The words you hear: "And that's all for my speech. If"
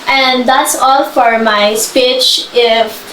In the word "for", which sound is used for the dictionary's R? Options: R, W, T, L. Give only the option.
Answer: R